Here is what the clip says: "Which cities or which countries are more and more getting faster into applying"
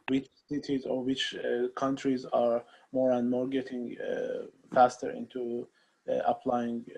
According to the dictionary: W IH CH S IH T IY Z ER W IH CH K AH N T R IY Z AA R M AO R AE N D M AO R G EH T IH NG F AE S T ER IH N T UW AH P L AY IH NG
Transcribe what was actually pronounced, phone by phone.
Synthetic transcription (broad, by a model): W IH CH S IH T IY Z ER W IH CH K AH N T R IY Z AA R M AO R AE N D M AO R G EH T IH NG F AE S T ER IH N T UW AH P L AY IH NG